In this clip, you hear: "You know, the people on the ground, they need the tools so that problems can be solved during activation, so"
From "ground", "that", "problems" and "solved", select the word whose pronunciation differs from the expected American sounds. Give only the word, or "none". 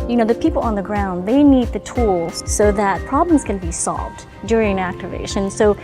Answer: none